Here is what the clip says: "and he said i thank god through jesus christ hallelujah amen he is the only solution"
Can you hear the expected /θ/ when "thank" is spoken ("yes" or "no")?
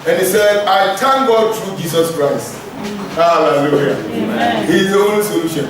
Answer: no